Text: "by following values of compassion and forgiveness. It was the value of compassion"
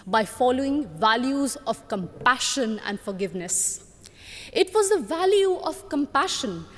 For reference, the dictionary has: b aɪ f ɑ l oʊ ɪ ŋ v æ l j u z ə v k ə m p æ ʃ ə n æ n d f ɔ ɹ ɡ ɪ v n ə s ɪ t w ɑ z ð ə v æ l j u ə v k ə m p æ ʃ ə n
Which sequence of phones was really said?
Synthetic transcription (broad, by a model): b aɪ f ɑ l oʊ ɪ ŋ v æ l j u z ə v k ə m p æ ʃ ə n æ n d f ɔ ɹ ɡ ɪ v n ə s ɪ t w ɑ z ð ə v æ l j u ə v k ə m p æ ʃ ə n